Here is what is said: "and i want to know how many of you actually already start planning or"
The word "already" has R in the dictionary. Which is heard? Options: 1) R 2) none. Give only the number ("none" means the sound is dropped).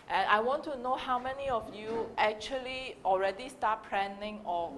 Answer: 1